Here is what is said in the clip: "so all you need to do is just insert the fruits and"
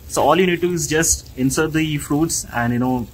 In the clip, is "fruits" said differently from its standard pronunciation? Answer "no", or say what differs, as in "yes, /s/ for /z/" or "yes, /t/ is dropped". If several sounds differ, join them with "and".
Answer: no